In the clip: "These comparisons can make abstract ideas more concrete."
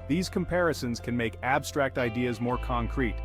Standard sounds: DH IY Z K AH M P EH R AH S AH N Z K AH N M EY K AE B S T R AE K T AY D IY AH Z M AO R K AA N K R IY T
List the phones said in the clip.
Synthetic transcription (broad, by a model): DH IY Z K AH M P EH R AH S AH N Z K AH N M EY K AE B S T R AE K T AY D IY AH Z M AO R K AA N K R IY T